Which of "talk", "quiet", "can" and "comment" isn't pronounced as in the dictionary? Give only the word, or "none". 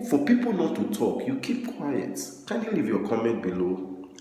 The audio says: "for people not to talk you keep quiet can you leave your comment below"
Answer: none